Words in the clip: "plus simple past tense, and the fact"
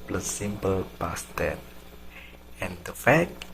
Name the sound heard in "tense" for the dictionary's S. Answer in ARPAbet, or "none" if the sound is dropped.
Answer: none